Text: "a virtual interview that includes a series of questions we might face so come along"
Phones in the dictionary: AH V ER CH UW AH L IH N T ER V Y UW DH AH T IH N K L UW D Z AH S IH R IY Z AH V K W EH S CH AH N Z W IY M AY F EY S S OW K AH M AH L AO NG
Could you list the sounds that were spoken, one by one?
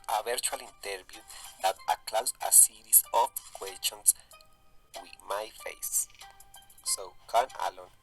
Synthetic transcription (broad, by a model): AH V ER CH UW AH L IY N T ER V Y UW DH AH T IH K L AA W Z AH S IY R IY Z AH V K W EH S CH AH N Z W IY M AY F EY S S OW K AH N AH L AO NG